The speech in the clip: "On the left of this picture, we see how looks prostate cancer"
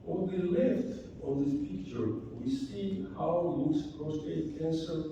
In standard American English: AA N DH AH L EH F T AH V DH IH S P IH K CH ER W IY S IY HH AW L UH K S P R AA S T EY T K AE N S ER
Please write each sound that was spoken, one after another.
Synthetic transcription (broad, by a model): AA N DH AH L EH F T AH V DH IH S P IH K CH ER W IY S IY HH AW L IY S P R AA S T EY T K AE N S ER